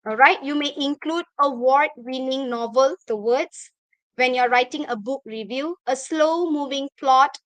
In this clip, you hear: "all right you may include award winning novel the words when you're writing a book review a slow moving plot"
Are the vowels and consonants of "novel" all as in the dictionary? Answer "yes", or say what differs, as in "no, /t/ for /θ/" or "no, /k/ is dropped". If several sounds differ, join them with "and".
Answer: yes